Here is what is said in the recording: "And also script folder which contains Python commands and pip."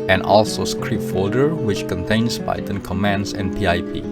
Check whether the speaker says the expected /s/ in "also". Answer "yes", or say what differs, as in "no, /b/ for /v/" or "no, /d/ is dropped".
yes